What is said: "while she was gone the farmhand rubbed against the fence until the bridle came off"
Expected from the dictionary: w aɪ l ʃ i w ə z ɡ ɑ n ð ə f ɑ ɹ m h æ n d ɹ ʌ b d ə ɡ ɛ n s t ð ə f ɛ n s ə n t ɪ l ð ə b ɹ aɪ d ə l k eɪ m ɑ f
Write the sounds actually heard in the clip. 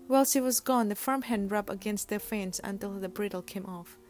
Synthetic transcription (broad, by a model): w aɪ l s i w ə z ɡ ɑ n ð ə f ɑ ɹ m h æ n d ɹ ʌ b ə ɡ ɛ n s t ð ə f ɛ n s ə n t ɪ l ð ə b ɹ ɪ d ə l k eɪ m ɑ f